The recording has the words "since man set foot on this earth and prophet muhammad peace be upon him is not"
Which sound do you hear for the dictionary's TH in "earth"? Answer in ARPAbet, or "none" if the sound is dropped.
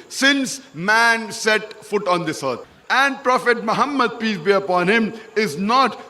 T